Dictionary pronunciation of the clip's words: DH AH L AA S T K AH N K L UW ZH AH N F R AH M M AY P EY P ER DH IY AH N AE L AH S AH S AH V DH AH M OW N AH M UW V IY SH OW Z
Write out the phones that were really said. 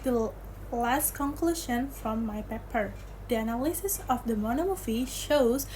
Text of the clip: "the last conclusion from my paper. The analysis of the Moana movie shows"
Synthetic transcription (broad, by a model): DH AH L AA S T K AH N K L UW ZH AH N F R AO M M AY P EY P ER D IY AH N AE L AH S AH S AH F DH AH M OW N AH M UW F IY SH OW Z